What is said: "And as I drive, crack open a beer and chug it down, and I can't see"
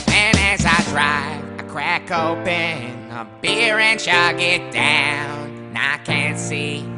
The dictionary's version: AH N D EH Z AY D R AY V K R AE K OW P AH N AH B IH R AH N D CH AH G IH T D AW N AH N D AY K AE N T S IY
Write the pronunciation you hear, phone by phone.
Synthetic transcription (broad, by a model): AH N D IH Z AY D R AY V K R AE K OW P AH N AH B IH R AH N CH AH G IH T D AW AH N AY K AE N T S IY